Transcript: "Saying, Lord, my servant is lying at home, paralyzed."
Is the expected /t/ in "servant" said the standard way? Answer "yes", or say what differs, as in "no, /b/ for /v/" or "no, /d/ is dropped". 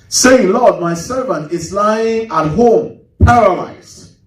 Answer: yes